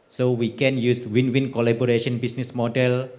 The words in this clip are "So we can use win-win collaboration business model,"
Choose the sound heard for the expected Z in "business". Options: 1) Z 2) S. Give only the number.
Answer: 2